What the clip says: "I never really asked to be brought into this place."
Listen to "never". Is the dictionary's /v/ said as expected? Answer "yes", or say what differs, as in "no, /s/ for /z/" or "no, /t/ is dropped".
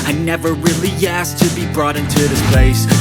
yes